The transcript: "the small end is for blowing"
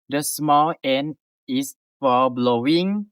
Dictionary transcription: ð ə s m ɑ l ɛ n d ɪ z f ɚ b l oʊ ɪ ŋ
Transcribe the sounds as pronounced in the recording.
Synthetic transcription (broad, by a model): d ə s m ɑ l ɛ n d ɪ s f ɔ b l oʊ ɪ ŋ